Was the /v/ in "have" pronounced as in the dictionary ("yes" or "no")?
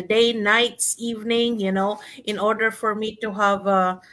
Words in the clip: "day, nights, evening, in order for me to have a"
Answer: yes